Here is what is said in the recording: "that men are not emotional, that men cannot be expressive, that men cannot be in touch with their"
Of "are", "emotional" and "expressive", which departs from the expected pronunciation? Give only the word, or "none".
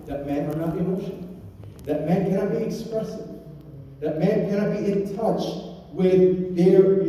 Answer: emotional